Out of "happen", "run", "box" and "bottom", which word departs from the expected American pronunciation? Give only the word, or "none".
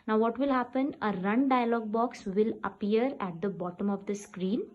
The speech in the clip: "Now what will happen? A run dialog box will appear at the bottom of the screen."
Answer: none